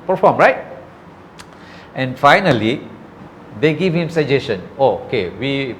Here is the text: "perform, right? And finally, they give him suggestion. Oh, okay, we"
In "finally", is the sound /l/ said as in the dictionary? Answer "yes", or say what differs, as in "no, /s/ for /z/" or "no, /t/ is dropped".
yes